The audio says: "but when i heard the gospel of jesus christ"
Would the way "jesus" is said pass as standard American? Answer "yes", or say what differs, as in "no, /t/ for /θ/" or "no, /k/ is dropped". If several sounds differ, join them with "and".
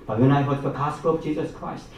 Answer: yes